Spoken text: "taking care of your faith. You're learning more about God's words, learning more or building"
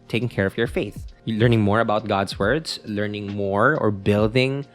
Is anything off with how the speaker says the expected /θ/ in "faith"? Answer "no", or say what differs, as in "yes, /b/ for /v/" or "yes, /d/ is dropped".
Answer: no